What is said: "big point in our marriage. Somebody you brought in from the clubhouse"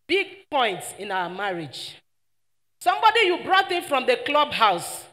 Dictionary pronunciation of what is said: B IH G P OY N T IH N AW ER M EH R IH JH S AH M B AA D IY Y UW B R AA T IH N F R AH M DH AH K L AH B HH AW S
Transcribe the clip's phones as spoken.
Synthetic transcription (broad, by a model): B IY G P OY N T IH N AW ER M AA R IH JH S AH M B AA D IY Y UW B R AA T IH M F R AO M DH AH K L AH B HH AW S